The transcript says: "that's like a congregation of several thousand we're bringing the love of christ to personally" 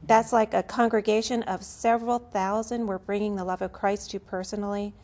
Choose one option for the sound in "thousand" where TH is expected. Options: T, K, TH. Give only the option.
TH